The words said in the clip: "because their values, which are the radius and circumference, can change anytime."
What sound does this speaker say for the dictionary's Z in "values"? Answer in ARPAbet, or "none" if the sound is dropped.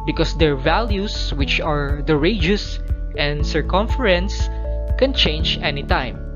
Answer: S